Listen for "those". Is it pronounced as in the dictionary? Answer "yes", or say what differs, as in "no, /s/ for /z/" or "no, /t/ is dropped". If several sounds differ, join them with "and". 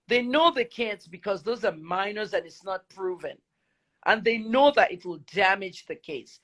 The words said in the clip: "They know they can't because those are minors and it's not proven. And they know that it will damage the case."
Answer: yes